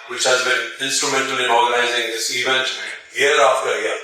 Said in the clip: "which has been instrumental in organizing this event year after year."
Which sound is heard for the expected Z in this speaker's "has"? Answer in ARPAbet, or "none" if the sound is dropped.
Z